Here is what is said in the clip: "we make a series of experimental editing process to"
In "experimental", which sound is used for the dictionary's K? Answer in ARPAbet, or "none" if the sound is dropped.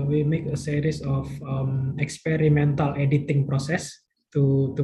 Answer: K